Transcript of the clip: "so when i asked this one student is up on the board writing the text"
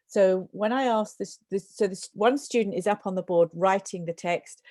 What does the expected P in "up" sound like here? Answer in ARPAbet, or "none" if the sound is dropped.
P